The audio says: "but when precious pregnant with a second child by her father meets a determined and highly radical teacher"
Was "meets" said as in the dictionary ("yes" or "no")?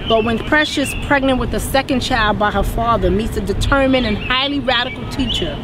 yes